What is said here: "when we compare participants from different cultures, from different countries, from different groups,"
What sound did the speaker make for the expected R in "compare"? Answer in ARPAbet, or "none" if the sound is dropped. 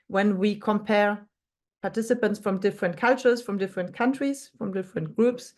R